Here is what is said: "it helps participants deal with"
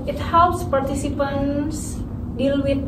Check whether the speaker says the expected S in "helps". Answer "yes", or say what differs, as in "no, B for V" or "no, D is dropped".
yes